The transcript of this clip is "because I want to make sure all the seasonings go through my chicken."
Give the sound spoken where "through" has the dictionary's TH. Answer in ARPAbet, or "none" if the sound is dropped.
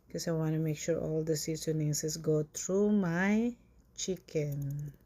T